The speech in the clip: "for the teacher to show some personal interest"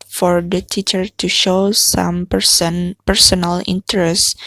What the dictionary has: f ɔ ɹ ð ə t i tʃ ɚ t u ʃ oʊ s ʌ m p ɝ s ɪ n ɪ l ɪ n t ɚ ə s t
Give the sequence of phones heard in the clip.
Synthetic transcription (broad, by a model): f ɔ ɹ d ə t i tʃ ɚ t u ʃ oʊ s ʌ m p ɝ s ɪ n ɪ l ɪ n t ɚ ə s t